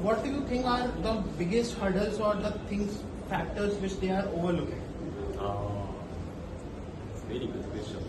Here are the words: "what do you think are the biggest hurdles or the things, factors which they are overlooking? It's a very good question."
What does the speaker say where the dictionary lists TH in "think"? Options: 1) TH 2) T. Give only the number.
2